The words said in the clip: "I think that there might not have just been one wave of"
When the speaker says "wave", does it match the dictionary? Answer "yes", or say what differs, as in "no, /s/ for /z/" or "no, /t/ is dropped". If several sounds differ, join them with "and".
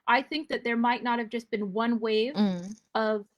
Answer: yes